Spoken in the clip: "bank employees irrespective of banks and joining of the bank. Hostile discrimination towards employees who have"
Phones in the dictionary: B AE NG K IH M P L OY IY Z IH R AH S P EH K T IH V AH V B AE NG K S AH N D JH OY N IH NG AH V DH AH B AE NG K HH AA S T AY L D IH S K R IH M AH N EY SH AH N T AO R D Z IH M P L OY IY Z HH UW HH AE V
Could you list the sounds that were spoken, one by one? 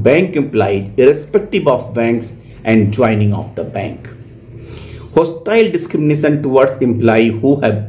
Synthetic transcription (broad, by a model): B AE NG K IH M P L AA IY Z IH R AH S P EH K T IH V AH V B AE NG K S AH N D JH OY N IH NG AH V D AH B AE NG K HH AA S T AY L D IH S K R IH M AH N EY SH AH N T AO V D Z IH M P L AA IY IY HH UW HH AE